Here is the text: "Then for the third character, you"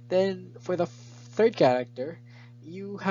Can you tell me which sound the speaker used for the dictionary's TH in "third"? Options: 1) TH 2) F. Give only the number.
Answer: 1